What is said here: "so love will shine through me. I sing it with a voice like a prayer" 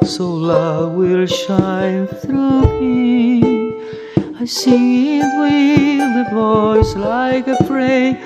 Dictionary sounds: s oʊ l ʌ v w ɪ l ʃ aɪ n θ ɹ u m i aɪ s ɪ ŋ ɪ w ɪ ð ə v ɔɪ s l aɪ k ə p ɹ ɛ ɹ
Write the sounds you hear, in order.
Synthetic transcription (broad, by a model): s oʊ l ʌ v w ɪ l ʃ aɪ n θ ɹ u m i aɪ s ɪ w ɪ ð ə v ɔɪ s l aɪ k ə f ɹ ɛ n